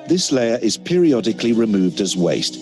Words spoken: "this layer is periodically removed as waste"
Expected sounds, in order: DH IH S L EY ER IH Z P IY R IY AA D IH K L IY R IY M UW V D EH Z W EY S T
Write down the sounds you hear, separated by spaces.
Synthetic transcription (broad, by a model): DH IH S L EY ER IH Z P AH R IY AA D IH K L IY R IY M UW V D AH Z W EY S T